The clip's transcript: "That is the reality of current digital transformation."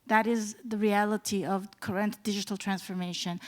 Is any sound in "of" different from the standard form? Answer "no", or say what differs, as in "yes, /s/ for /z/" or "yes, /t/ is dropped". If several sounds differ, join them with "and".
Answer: no